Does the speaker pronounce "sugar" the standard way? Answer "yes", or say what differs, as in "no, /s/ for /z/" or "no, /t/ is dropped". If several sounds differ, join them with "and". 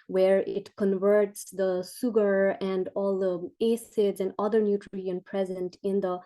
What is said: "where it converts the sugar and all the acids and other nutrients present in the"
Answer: no, /s/ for /ʃ/